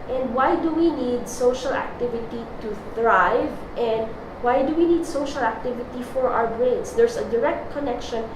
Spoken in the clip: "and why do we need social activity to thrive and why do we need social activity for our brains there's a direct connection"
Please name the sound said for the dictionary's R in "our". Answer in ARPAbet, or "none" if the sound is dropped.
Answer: W